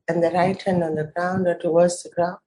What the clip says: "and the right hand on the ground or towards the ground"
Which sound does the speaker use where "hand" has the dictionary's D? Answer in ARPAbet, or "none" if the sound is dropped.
none